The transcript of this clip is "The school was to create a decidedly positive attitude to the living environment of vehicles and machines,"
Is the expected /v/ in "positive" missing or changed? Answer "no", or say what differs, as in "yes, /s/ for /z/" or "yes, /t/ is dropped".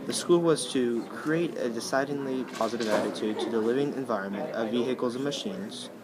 no